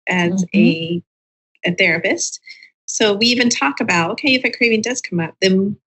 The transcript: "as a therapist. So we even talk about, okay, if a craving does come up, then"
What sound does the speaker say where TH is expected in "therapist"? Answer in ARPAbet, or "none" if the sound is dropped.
TH